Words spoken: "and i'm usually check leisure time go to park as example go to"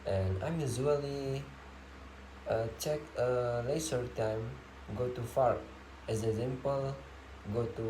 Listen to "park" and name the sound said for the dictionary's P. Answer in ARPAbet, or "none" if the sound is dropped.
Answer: F